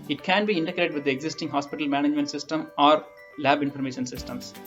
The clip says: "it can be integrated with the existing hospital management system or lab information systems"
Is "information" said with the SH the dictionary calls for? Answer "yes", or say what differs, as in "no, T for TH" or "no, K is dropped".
yes